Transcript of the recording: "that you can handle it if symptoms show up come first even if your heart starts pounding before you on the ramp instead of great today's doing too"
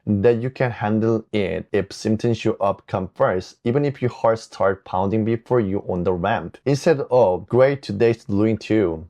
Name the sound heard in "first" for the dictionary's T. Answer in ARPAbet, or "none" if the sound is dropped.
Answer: none